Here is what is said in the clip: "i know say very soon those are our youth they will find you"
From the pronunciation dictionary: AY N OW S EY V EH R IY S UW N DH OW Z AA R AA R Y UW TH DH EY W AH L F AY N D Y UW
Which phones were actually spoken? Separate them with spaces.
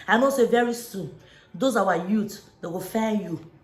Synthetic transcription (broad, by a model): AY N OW S EY V EH R IY S UW N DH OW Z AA W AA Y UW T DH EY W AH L F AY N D Y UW